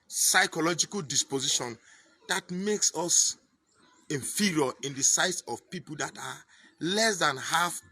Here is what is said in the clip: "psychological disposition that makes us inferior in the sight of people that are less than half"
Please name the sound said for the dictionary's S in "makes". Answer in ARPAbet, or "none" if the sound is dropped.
S